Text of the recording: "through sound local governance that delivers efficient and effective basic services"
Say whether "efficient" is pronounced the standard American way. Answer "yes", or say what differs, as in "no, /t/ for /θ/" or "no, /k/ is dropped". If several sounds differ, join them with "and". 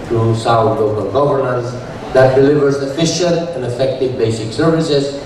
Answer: no, /n/ is dropped